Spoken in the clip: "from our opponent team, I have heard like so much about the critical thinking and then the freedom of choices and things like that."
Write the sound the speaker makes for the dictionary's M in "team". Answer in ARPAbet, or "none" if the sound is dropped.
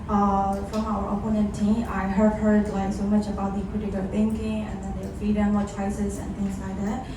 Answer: none